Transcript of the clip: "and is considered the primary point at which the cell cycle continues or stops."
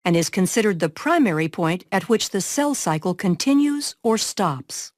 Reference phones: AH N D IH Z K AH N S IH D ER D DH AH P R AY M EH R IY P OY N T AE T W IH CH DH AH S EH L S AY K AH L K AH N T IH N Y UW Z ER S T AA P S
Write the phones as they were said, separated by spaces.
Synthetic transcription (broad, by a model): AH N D IH Z K AH N S IH D ER D DH AH P R AY M EH R IY P OY N T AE T W IH CH DH AH S EH L S AY K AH L K AH N T IH N Y UW Z ER S T AA P S